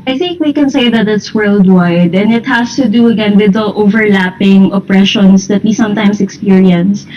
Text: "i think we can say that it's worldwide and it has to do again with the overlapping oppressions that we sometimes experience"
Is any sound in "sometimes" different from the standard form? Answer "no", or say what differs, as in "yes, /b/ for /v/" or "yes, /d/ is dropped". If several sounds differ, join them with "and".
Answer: yes, /s/ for /z/